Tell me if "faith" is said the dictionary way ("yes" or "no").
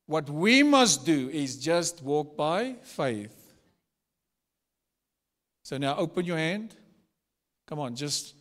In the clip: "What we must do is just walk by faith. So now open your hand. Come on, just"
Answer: yes